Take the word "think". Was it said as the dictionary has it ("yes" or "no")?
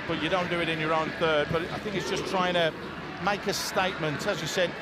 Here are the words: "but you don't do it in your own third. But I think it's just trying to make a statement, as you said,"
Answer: yes